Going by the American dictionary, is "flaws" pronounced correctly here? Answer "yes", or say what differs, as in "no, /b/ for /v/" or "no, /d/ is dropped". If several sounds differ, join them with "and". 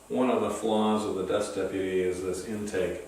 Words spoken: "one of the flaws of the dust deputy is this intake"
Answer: yes